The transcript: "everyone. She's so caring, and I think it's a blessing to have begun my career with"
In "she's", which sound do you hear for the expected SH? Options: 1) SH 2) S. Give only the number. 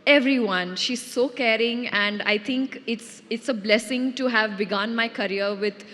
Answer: 1